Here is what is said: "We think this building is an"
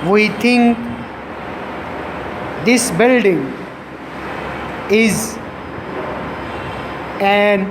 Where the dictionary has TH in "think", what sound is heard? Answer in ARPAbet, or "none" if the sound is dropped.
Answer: T